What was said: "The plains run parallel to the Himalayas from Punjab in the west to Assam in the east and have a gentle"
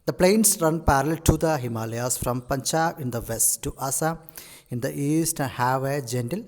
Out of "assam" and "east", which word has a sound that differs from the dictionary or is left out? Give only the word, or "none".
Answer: assam